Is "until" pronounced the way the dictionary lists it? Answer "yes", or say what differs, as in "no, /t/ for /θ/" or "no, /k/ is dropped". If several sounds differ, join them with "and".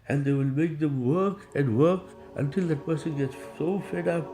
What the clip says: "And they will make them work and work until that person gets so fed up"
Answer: yes